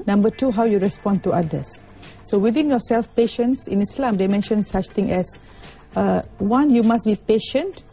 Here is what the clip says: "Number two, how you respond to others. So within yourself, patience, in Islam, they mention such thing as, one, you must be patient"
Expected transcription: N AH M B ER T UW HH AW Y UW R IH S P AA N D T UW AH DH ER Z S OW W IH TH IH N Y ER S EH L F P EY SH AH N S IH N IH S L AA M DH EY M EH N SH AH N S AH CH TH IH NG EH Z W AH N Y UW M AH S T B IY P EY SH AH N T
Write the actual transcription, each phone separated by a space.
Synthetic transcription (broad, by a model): N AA M B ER T UW HH AW Y UW R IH S P AA N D T UW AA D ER S OW W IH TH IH N Y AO S EH L F P EY SH AH N S IH N IH S L AA M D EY M EH N SH AH N S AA CH T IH NG EH S W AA N Y UW M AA S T B IY P EY SH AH N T